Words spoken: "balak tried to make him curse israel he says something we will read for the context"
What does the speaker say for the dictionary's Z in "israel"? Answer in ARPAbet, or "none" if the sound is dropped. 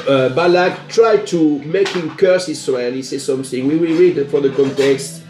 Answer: S